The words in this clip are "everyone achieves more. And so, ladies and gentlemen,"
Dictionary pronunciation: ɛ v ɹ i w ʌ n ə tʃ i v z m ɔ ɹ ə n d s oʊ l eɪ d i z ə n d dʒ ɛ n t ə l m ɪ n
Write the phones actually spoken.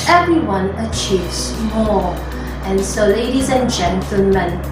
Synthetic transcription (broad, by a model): ɛ v ɹ i w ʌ n ə tʃ i v z m ɔ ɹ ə n s oʊ l eɪ d i z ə n dʒ ɛ n t l m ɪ n